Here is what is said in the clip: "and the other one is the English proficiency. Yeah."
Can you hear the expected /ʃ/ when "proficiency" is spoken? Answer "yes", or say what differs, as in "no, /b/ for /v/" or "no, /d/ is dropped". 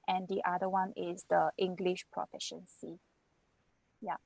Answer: yes